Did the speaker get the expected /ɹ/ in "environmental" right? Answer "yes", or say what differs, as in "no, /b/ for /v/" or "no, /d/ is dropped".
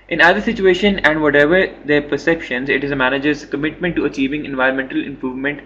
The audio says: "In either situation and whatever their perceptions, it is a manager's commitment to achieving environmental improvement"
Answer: yes